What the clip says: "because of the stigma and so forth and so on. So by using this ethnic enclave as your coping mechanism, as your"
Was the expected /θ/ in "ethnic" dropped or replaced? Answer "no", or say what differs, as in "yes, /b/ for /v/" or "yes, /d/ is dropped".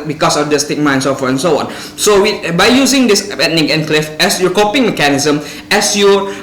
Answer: yes, /t/ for /θ/